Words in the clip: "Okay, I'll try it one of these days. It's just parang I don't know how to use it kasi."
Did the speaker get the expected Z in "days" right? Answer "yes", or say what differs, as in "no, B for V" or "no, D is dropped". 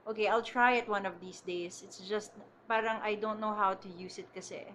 no, S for Z